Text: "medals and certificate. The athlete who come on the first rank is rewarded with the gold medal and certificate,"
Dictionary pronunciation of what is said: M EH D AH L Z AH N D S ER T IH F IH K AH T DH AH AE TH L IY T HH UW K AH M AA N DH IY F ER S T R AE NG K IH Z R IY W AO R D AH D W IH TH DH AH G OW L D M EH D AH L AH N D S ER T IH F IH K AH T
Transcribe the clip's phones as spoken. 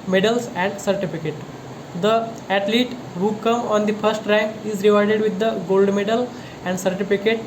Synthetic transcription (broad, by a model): M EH D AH L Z AH N D S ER T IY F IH K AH T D AH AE T L IY T HH UW K AH M AA N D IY F ER S T R AE NG K IH Z R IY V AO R D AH D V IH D AH G OW L D M EH D AH L AH N D S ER T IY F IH K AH T